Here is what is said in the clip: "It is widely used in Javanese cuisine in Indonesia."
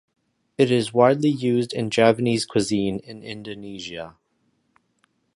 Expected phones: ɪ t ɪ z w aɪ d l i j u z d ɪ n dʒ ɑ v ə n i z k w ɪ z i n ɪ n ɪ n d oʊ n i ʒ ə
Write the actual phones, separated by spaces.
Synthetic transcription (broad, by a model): ɪ t ɪ z w aɪ d l i j u z d ɪ n dʒ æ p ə n i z k w ɪ z i n ɪ n ɪ n d oʊ n i ʒ ə